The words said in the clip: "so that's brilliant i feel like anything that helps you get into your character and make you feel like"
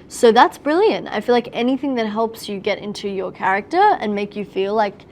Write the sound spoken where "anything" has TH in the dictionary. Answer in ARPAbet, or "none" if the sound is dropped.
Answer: TH